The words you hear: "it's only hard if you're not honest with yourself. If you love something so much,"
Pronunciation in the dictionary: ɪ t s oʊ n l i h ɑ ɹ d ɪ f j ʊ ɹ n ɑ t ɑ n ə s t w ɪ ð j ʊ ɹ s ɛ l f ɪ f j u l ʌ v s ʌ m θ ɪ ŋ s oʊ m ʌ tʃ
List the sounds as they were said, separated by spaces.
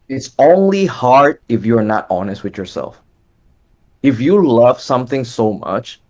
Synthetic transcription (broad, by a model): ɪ t s oʊ n l i h ɑ ɹ d ɪ f j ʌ ɹ n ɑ t ɑ n ə s t w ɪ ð j ʊ ɹ s ɛ l f ɪ f j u l ʌ v s ʌ m θ ɪ ŋ s oʊ m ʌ tʃ